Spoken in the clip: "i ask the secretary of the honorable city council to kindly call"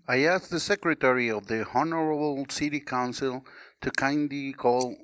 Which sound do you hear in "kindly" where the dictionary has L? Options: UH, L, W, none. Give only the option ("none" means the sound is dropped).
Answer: none